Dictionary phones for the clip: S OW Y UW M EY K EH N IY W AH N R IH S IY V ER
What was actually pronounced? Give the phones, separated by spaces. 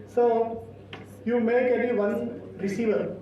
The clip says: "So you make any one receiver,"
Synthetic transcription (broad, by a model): S OW Y UW M EY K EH L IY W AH N R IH S IY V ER